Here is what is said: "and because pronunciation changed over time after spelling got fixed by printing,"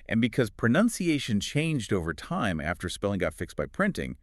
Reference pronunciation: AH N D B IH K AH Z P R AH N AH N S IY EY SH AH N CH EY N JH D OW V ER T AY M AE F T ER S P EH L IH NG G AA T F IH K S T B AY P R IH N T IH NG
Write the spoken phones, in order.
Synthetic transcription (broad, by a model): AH N B IH K AH Z P R AH N AH N S IY EY SH AH N CH EY N JH D OW V ER T AY M AE F T ER S P EH L IH NG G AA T F IH K S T B AY P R IH N T IH NG